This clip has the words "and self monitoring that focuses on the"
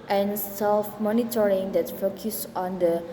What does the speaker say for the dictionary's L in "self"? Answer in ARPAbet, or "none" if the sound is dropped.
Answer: L